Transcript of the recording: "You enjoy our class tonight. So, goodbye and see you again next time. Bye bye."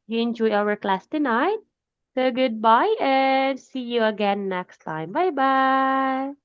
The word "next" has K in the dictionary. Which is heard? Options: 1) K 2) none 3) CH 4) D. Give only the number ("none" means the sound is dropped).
1